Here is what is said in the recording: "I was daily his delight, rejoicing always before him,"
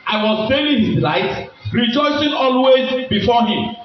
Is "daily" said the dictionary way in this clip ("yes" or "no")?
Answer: no